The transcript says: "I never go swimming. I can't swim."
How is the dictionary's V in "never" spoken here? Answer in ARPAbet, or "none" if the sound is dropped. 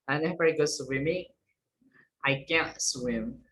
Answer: F